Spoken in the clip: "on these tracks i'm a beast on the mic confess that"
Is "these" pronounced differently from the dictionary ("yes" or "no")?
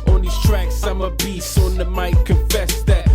yes